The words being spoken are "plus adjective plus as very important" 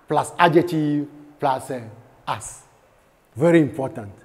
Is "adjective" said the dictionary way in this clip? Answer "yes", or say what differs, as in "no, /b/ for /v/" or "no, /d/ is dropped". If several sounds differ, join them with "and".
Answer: no, /k/ is dropped